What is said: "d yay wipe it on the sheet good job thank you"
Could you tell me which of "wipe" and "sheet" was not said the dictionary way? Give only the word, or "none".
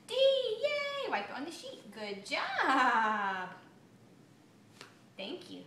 wipe